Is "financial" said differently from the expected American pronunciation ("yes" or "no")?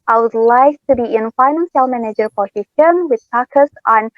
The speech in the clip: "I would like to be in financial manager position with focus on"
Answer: yes